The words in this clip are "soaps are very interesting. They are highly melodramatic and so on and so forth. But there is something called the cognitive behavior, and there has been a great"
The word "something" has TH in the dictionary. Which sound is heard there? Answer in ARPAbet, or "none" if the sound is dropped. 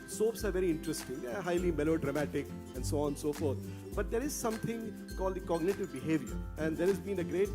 T